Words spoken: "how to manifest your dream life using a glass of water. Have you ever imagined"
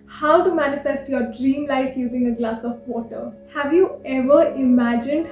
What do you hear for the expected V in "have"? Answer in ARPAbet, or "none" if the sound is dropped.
V